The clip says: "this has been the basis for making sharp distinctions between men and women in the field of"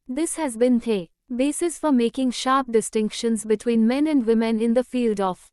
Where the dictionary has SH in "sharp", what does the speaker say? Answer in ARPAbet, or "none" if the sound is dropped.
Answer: SH